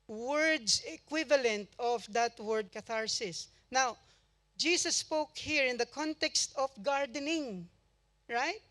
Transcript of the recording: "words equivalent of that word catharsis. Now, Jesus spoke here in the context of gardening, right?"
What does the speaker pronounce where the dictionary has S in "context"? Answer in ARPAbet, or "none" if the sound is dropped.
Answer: S